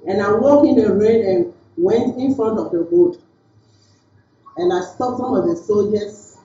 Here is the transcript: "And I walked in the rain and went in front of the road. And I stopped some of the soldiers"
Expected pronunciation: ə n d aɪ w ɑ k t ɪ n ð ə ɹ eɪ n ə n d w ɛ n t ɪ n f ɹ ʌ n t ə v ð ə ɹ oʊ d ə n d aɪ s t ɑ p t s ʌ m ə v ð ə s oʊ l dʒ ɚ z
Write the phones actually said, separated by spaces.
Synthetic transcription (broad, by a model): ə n aɪ w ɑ k ɪ n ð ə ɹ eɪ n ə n w ɛ n t ɪ n f ɹ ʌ n t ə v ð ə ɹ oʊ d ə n aɪ s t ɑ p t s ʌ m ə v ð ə s oʊ l dʒ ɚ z